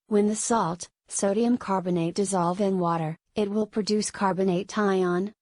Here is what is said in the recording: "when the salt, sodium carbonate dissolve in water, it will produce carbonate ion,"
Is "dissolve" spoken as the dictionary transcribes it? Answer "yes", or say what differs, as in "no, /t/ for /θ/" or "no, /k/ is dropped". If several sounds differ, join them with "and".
yes